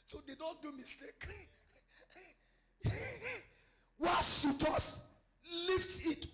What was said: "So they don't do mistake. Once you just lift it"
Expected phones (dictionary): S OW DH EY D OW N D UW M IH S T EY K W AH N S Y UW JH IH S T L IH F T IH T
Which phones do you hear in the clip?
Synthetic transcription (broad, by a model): S OW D EY D OW N D UW M IH S T EY K W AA S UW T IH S L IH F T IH T